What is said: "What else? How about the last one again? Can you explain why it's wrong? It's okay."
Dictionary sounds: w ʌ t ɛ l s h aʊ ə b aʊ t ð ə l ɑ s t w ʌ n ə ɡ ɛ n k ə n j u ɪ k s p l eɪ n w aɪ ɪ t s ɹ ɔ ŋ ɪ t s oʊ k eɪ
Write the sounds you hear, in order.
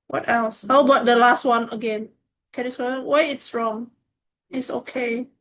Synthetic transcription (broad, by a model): w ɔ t ɛ l s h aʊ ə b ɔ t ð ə l ɑ s t w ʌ n ə ɡ ɛ n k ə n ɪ s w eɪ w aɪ ɪ t s ɹ ɔ ŋ ɪ t s oʊ k eɪ